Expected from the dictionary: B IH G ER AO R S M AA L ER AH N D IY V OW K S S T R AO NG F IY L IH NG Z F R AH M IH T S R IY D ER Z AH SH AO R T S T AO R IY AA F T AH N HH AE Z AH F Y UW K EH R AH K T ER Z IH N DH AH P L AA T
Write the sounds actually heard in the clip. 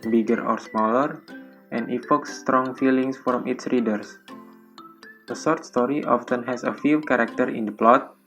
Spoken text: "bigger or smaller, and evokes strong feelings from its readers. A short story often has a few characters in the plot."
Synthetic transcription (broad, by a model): B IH G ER AO R S M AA L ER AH N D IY F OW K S S T R AO NG F IY L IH NG S F R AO M IH T S R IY D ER S AH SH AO R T S T AO R IY AA F T AH N HH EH S AH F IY K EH R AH K T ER IH N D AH P L AA T